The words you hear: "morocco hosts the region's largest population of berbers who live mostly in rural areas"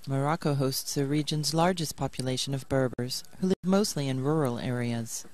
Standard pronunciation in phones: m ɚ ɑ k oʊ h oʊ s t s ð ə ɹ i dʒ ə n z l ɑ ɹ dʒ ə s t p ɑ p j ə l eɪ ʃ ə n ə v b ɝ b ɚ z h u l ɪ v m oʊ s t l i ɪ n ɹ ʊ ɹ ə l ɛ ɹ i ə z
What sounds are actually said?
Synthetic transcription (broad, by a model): m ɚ ɑ k oʊ h oʊ s t s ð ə ɹ i dʒ ə n z l ɑ ɹ dʒ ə s p ɑ p j ə l eɪ ʃ ə n ə v b ɝ b ɚ z h u l ɪ v m oʊ s t l i ɪ n ɹ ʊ ɹ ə l ɛ ɹ i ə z